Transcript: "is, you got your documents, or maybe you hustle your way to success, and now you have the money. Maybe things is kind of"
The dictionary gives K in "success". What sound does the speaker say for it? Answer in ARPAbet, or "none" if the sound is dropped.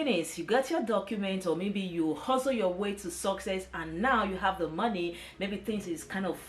K